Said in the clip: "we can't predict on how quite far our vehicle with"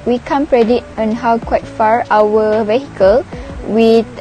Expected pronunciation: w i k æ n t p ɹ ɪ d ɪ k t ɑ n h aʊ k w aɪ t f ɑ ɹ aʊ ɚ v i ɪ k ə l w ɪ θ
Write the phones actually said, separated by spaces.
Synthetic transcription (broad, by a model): w i k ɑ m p ɹ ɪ d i t ɑ n h aʊ k w aɪ t f ɑ ɹ aʊ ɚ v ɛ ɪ k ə l w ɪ